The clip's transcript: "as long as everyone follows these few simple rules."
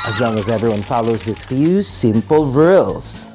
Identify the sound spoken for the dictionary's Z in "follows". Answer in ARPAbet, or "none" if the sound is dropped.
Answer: Z